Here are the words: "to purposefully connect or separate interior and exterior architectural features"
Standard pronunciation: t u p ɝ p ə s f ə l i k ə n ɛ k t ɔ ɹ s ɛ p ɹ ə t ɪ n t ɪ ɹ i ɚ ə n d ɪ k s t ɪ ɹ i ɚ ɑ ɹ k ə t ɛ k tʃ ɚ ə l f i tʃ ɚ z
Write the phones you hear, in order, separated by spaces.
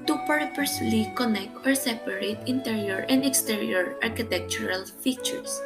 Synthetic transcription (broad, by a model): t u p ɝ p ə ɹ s l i k ə n ɛ k t ɔ ɹ s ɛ p ɹ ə t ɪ n t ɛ ɹ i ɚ ə n d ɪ k s t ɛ ɹ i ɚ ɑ ɹ k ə t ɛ k tʃ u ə l f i tʃ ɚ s